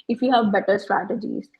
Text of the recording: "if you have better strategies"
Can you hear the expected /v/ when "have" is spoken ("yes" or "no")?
yes